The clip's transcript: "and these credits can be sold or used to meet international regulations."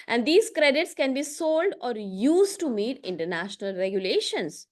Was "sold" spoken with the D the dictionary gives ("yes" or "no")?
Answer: yes